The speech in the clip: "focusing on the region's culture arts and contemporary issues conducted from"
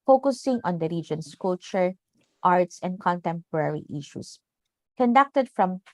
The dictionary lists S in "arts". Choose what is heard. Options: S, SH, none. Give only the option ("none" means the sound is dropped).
S